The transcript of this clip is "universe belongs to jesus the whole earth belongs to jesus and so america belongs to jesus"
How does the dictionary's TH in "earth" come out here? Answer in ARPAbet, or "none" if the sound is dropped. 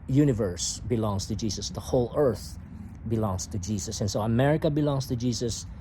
TH